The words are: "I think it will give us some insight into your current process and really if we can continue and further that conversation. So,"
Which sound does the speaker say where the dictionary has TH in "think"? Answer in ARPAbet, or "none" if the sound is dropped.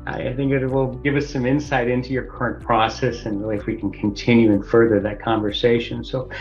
TH